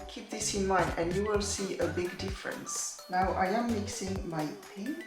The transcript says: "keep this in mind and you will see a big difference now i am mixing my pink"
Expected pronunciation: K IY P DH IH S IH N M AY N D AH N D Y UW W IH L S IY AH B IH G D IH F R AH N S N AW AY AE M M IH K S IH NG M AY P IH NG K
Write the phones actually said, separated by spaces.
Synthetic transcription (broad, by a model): K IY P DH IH S IH N M AY N D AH N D Y UW W IH L S IY AH B IH G D IH F R AH N S N AW AY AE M M IH K S IH NG M AY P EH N